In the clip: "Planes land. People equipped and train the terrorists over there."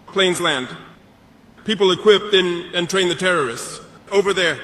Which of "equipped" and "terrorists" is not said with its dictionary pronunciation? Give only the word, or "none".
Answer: none